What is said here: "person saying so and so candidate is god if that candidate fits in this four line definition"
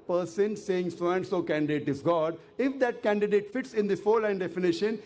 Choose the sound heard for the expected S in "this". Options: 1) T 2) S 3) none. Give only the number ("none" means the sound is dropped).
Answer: 3